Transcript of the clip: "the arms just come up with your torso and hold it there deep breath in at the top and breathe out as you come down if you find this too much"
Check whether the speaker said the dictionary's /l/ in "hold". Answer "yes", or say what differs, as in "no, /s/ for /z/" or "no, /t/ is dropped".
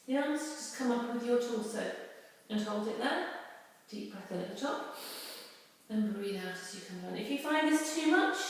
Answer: yes